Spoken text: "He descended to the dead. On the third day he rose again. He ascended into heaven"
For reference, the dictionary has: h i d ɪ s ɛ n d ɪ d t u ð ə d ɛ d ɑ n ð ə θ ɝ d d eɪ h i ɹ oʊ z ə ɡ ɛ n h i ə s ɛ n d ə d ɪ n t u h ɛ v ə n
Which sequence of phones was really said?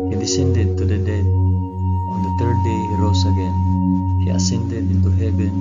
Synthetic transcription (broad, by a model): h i d ɪ s ɛ n d ɪ d t u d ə d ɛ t ɑ n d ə t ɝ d d eɪ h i ɹ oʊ s ə ɡ ɛ n h i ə s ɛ n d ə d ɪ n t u h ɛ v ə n